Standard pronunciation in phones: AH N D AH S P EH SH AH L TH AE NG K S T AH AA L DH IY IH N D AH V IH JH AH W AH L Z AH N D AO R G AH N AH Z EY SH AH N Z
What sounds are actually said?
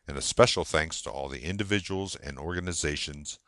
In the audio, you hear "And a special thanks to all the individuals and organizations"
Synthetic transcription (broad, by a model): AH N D AH S P EH SH L TH AE NG K S T AH AA L DH IY IH N D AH V IH JH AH W L Z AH N AO R G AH N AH Z EY SH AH N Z